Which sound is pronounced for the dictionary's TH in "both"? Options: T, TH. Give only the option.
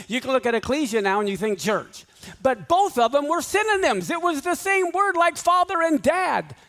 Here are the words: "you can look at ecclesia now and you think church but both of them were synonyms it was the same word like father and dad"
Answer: TH